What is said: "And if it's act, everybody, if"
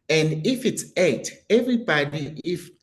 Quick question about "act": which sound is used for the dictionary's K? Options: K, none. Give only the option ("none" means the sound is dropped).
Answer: none